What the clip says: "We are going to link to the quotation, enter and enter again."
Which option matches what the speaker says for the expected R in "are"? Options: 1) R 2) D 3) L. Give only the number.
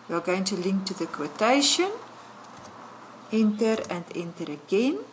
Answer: 3